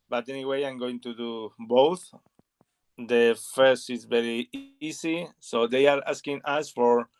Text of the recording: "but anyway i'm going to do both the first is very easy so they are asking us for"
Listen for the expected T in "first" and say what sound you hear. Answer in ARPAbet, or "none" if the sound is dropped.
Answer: T